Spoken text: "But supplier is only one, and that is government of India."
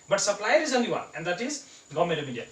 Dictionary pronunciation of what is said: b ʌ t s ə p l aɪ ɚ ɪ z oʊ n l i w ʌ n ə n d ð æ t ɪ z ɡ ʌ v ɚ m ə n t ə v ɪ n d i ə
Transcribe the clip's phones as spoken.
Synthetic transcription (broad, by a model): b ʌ t s ə p l aɪ ɚ ɪ z oʊ n l i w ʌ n ə n d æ t ɪ z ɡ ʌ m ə t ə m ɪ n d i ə